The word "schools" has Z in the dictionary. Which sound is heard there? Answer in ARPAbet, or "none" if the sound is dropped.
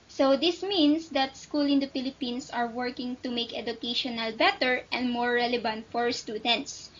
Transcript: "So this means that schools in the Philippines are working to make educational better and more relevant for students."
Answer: none